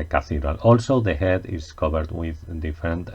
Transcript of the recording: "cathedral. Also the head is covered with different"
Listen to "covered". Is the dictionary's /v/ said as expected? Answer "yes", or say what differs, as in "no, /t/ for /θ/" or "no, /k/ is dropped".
no, /b/ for /v/